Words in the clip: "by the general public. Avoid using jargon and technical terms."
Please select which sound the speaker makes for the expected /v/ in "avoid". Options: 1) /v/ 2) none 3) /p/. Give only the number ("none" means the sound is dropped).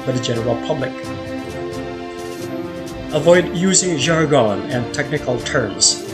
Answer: 1